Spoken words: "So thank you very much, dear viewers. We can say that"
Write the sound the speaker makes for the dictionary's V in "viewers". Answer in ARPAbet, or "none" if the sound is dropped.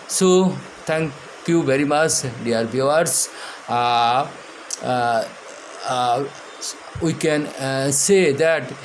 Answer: B